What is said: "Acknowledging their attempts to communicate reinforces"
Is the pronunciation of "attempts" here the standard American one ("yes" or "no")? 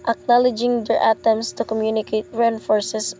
no